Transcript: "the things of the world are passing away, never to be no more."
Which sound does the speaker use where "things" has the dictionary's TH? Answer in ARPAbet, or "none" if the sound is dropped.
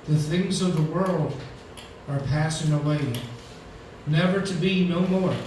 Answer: TH